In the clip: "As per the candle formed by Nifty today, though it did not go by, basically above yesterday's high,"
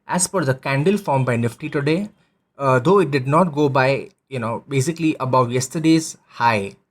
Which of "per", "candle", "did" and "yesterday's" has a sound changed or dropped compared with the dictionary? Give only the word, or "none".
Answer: per